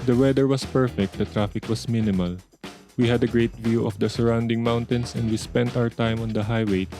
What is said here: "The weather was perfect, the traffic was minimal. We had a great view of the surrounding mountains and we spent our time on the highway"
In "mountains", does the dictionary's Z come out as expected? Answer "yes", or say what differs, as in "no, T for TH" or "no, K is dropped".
no, S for Z